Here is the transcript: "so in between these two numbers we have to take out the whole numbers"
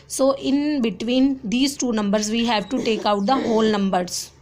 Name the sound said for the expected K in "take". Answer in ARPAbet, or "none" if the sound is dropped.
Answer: K